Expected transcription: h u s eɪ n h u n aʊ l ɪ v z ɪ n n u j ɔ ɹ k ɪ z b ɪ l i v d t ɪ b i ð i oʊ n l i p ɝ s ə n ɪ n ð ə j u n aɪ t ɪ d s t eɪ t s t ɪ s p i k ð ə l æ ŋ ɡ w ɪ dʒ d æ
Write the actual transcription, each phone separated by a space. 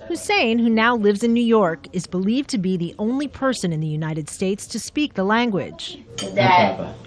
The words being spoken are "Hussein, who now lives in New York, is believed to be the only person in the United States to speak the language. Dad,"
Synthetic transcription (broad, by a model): h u s eɪ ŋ h u n aʊ l ɪ v z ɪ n n u j ɔ ɹ k ɪ z b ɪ l i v t ɪ b i ð i oʊ n l i p ɝ s ə n ɪ n ð ə j u n aɪ t ɪ d s t eɪ t s t ɪ s p i k ð ə l æ ŋ ɡ w ɪ dʒ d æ